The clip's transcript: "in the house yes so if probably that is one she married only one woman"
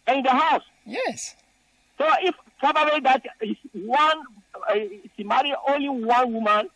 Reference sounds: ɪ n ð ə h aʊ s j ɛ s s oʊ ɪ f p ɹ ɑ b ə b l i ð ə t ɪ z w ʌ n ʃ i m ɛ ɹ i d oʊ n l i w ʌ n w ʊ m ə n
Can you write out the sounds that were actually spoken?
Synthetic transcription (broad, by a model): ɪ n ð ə h aʊ s j ɛ s s oʊ ɪ f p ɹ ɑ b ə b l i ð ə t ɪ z w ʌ n s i m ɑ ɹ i oʊ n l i w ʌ n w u m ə n